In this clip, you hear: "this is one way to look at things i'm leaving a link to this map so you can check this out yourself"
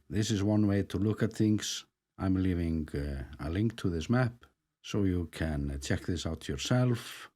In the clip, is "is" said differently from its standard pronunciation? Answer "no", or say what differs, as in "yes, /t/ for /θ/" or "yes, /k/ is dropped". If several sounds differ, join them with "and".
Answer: no